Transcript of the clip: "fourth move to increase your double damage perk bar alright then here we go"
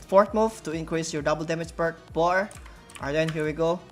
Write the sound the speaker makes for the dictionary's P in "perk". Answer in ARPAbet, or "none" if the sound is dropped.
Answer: B